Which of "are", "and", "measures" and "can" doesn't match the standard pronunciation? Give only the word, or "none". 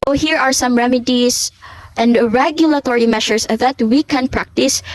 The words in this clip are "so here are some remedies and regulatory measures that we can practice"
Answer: measures